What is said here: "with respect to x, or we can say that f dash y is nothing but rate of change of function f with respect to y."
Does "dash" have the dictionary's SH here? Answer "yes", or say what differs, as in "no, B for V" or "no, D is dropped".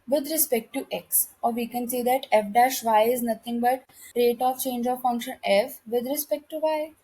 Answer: yes